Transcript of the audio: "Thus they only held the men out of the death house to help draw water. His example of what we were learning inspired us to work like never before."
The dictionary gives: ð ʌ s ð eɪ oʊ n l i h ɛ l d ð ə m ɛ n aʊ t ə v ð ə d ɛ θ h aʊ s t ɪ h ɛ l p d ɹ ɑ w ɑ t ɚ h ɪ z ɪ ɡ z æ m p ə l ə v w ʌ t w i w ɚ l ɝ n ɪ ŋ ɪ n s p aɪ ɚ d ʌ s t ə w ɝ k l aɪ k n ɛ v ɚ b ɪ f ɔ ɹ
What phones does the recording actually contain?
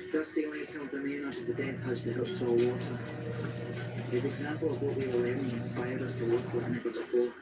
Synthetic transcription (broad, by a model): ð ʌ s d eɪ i l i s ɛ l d ð ə m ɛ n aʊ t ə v ð ə d ɛ θ h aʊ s t ɪ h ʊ p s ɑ w ɑ t ɚ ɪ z ɪ ɡ z æ m p ə l ə v w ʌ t w i w ɚ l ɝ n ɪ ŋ ɪ n s p aɪ ɚ d ʌ s t ə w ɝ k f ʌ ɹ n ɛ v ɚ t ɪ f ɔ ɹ